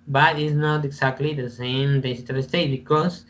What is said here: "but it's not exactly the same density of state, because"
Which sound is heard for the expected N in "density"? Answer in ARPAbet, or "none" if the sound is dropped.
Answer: none